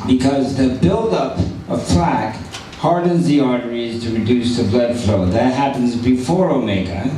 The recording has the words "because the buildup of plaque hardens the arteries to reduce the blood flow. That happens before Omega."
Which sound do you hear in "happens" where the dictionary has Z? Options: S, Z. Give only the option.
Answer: Z